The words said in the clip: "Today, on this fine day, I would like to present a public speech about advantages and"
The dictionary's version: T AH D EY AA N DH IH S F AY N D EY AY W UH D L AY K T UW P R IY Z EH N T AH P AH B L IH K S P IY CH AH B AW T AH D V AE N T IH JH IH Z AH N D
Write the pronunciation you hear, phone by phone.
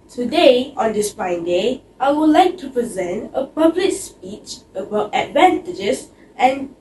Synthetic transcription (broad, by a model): T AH D EY AA N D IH S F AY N D EY AY W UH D L AY K T UW P R IY Z EH N T AH P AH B L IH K S P IY CH AH B AW T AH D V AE N T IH JH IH S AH N